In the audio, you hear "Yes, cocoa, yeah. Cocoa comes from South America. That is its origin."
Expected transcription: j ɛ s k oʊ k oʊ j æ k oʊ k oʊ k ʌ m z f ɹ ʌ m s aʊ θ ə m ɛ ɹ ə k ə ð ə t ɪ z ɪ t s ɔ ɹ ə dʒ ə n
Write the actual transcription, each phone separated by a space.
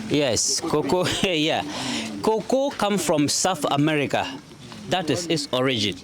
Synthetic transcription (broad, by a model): j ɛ s k oʊ k oʊ j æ k oʊ k oʊ k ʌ m f ɹ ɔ m s aʊ θ ə m ɛ ɹ ə k ə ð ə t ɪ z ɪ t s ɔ ɹ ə dʒ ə n